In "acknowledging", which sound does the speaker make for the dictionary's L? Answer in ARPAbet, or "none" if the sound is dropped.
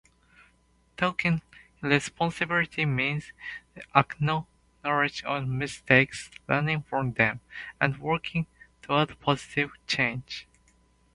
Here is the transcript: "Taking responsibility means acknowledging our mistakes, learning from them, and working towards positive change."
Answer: N